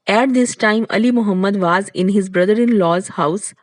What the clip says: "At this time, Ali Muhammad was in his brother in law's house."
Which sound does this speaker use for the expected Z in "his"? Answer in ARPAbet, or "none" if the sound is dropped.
Z